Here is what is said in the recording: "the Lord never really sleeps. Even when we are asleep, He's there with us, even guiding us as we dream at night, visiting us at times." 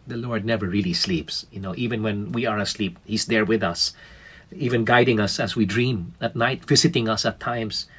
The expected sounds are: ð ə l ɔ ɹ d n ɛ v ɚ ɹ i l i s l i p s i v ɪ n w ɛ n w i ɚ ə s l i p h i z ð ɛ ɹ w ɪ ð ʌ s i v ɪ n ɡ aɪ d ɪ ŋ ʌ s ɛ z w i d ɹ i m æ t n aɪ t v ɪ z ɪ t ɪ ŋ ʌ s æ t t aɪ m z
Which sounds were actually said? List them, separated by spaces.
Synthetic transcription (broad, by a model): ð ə l ɔ ɹ d n ɛ v ɚ ɹ i l i s l i p s i v ɪ n w ɛ n w i ɚ ə s l i p h i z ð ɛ ɹ w ɪ ð ʌ s i v ɪ n ɡ aɪ d ɪ ŋ ʌ s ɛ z w i d ɹ i m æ t n aɪ t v ɪ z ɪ t ɪ ŋ ʌ s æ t t aɪ m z